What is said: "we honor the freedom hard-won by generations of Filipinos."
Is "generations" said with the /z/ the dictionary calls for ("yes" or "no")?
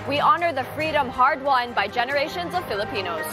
yes